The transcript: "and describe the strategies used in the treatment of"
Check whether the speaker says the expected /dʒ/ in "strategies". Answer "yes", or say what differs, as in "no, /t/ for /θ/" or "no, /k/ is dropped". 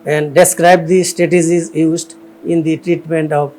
no, /z/ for /dʒ/